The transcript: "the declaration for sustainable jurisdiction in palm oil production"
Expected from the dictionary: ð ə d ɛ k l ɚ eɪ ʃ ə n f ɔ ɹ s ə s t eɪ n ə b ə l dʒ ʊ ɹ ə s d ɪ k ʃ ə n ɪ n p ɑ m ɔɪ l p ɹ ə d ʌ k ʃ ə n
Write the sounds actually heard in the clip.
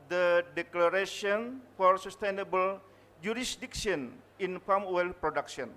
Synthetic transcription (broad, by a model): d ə d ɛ k l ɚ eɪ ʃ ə n f ɔ ɹ s ə s t eɪ n ə b ə l dʒ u ɹ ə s d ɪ k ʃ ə n ɪ n f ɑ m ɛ l p ɹ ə d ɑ k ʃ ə n